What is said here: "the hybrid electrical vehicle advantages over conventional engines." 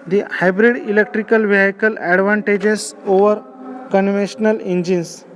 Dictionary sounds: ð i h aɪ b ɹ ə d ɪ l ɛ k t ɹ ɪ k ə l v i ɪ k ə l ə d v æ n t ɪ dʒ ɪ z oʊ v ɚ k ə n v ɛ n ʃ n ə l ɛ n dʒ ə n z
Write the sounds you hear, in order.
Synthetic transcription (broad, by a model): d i h aɪ b ɹ ə d ɪ l ɛ k t ɹ ɪ k ə l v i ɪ k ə l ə d v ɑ n t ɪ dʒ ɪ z oʊ v ɚ k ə n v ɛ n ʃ n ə l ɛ n dʒ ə n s